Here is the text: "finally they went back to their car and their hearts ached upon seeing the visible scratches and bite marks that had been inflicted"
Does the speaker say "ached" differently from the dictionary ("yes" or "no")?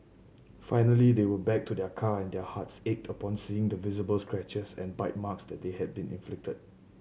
no